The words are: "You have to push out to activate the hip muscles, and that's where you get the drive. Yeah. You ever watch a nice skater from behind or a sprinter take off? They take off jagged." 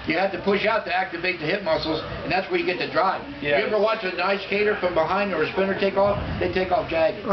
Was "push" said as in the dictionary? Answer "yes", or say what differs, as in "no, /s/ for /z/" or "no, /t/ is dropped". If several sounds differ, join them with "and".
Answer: yes